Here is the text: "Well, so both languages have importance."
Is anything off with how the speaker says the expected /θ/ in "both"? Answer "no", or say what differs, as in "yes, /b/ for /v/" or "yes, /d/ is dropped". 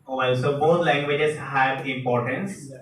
yes, /t/ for /θ/